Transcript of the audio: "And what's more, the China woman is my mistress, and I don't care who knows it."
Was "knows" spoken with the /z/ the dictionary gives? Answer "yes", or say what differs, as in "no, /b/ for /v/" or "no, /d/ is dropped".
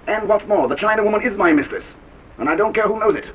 yes